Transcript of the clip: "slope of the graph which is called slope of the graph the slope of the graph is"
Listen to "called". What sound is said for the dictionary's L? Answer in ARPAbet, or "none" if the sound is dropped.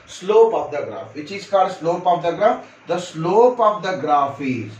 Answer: none